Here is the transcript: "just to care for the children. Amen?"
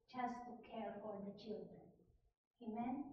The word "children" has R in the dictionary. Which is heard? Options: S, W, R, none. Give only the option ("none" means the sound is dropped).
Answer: R